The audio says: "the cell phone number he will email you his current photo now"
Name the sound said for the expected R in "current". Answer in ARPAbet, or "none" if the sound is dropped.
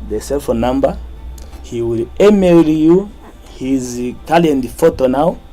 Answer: L